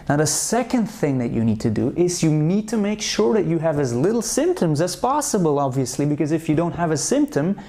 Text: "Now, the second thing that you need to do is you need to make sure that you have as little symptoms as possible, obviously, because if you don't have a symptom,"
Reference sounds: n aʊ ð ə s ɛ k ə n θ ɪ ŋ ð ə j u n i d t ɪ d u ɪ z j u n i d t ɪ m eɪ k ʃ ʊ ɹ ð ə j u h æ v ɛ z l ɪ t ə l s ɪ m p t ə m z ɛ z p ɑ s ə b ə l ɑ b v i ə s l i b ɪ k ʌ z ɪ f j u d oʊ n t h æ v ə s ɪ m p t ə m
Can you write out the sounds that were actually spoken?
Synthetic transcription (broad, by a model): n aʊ ð ə s ɛ k ə n θ ɪ ŋ ð ə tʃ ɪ n i d t ɪ d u ɪ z j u n i d t ɪ m eɪ k ʃ ʊ ɹ ð ə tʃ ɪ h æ v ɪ z l ɪ t l s ɪ m p t ə m z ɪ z p ɑ s ə b ə l ɑ b v i ə s l i b ɪ k ʌ z ɪ f j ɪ d oʊ n t h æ v ə s ɪ m p t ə m